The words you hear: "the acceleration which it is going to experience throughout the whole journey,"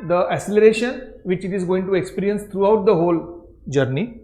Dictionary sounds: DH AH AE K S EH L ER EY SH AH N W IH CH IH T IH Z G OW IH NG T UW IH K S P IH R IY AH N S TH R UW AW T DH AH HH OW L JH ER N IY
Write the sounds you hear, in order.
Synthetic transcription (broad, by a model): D AH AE S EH L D EY SH AH N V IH CH IH T IH Z G OW IH NG T UW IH K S P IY R IY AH N S T R UW AW T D AH HH OW L JH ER N IY